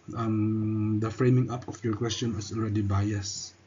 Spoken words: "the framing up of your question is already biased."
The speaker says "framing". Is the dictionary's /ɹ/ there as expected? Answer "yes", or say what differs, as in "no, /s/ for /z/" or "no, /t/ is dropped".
yes